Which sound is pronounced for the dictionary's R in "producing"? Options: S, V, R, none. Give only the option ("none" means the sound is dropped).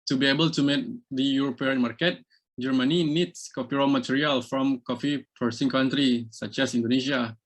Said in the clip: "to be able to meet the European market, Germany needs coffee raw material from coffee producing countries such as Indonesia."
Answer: none